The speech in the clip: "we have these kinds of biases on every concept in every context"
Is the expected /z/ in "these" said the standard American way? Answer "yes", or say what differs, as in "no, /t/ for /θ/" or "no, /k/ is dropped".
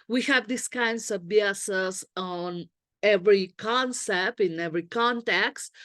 no, /s/ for /z/